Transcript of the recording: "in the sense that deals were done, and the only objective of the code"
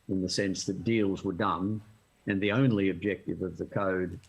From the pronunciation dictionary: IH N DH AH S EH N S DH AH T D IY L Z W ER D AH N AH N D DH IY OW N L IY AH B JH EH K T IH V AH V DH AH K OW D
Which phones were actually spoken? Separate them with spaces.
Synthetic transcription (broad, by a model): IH N DH AH S EH N S DH AH T D IY L Z W ER D AH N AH N DH IY OW N L IY AH B JH EH K T IH V AH V DH AH K OW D